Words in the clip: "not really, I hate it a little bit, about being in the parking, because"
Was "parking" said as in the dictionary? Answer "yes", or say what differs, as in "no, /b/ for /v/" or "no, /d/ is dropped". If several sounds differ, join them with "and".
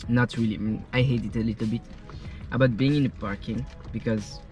yes